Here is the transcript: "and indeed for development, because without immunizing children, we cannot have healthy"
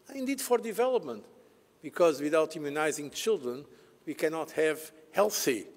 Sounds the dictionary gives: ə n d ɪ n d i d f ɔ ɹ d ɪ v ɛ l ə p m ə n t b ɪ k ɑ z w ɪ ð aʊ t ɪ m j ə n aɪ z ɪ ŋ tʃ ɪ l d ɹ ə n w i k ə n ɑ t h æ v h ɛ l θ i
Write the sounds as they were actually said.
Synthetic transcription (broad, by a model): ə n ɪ n d i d f ɔ ɹ d ɪ v ɛ l ə p m ə n t b ɪ k ɑ z w ɪ ð aʊ t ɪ m j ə n aɪ z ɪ ŋ tʃ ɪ l d ɹ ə n w i k ə n ɑ t h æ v h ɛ l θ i